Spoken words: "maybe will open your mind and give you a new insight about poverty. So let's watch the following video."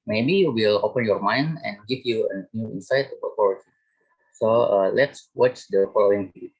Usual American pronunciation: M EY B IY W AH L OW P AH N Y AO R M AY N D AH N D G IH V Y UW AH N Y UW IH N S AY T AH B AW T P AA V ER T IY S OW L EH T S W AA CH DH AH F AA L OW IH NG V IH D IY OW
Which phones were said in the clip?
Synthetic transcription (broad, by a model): M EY B IY W AH L OW P AH N Y AO R M AY N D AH N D G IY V Y UW AH N Y UW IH N S AY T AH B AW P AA W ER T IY S OW L EH T S W AA CH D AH F AA L OW IH NG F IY